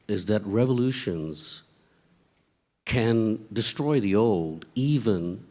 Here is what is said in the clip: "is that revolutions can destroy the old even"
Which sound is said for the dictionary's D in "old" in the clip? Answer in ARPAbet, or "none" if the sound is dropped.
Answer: D